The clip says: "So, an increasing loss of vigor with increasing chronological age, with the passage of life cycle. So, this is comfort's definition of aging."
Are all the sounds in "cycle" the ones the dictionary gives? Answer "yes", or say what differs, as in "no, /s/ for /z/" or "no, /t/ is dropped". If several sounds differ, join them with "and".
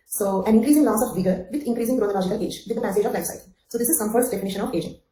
no, /k/ is dropped